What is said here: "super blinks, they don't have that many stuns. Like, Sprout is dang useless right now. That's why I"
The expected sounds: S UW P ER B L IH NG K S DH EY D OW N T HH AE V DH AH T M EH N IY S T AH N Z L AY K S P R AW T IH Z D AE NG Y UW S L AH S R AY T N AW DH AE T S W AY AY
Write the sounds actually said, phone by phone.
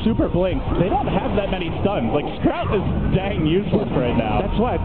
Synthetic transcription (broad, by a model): S UW P ER B L IH NG K S DH EY D OW N T HH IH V DH AH T M EH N IY S T AH N Z L AY K S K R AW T IH Z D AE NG Y UW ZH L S R AY T N AW DH AE T S W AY AY